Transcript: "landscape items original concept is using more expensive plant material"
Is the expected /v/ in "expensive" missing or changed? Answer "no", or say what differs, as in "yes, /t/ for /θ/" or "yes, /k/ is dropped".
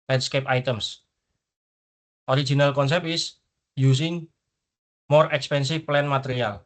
yes, /f/ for /v/